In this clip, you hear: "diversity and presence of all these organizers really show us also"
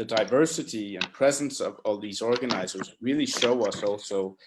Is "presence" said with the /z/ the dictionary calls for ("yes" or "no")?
yes